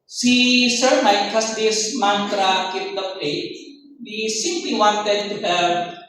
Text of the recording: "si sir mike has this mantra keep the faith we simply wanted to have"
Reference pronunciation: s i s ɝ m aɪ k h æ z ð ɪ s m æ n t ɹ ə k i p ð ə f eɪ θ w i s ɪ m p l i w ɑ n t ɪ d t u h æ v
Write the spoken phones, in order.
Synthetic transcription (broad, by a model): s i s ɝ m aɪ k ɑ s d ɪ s m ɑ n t ɹ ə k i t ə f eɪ t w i s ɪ m p l i w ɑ n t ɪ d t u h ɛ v